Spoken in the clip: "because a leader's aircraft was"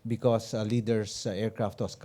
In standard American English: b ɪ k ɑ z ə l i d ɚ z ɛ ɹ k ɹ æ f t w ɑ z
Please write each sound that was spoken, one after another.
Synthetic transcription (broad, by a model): b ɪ k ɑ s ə l i d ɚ s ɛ ɹ k ɹ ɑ f t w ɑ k